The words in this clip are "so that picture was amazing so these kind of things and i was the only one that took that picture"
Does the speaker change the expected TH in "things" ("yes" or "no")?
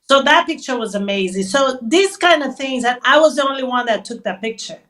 no